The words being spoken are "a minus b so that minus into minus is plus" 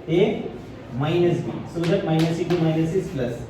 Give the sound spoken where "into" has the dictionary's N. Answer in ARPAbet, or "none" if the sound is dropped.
none